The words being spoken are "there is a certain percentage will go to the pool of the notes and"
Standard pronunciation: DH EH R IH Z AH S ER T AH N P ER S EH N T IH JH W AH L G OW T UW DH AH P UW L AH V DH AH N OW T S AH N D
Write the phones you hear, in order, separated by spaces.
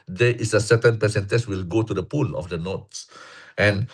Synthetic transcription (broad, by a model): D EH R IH S AH S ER T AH N P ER S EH N T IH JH W AH L G OW T UW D AH P UW L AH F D AH N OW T S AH N